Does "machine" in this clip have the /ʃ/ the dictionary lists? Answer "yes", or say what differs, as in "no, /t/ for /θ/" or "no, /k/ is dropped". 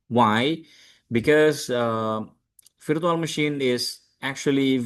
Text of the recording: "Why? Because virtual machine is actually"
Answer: yes